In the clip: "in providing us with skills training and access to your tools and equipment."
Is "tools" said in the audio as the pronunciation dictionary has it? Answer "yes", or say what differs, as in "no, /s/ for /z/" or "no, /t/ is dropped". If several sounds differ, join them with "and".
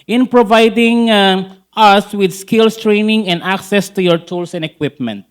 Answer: no, /s/ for /z/